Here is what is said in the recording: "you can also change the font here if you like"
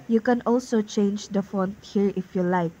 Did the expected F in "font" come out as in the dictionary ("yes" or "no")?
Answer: yes